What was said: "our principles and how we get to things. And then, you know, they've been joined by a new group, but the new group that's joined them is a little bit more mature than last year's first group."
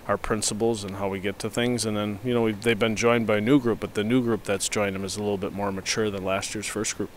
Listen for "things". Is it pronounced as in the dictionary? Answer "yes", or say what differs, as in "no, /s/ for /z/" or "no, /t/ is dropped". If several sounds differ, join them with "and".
yes